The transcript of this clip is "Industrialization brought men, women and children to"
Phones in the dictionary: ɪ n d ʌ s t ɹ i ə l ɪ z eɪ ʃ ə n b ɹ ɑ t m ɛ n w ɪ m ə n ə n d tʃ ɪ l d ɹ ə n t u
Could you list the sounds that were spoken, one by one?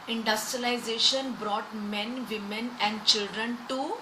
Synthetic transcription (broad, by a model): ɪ n d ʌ s t ɹ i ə l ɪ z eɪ ʃ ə n b ɹ ɑ t m ɛ n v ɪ m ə n ə n d tʃ ɪ l d ɹ ə n t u